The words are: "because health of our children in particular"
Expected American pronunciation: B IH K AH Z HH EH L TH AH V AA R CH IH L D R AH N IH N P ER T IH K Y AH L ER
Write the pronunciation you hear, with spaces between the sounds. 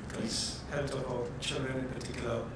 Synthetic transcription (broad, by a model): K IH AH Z HH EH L T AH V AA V CH IH L D R AH N IH N P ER T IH K Y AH L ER